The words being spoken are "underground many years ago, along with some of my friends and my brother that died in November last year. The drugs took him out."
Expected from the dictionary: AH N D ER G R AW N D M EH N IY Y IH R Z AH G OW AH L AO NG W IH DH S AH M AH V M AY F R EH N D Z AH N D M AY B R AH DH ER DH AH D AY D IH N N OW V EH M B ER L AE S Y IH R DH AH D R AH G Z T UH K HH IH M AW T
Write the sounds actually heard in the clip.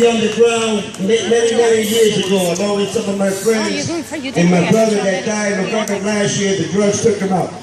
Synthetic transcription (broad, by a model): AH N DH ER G R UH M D M EH N IY Y IH R Z AH G OW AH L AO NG W IH DH S AH M AH V M AY F R EH N D Z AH N M AY B R AH DH ER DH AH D AY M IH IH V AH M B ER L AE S Y IH R DH AH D R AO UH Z T UH K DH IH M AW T